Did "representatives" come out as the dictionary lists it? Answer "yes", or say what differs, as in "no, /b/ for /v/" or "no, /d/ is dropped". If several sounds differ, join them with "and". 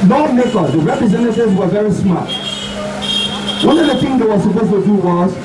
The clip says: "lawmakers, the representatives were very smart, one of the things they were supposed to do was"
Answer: no, /v/ is dropped